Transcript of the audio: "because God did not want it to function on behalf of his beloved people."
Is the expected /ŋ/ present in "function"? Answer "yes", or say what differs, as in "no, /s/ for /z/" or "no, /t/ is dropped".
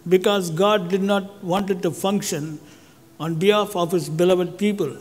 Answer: yes